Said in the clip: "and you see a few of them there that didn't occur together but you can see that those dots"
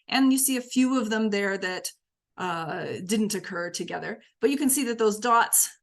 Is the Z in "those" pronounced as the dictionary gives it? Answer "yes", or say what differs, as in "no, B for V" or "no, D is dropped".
yes